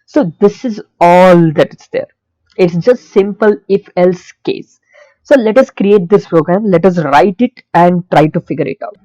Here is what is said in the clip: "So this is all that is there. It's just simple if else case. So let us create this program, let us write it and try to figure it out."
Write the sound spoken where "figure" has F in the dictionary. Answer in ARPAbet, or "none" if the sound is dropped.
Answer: F